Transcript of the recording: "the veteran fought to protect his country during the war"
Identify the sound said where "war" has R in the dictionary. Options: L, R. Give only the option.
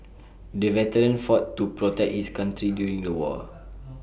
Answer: L